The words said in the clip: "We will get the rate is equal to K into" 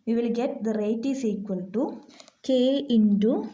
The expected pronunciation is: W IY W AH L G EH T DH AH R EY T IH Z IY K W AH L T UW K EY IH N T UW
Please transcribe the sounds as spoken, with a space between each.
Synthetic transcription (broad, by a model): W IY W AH L G EH T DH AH R EY T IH S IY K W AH N T UW K EY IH N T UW